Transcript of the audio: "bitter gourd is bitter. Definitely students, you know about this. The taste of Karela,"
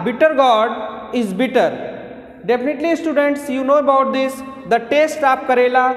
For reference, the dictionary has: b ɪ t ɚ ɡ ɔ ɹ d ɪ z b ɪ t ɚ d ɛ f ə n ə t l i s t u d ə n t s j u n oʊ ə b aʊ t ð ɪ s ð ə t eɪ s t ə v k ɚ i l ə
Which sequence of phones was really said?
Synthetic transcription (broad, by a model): b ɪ t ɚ ɡ ɔ ɹ d ɪ z b ɪ t ɚ d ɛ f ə n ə t l i s t u d ə n t s j u n oʊ ə b aʊ t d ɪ s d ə t eɪ s t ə p k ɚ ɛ l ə